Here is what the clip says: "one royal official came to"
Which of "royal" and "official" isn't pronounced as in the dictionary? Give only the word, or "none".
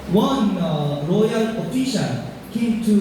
official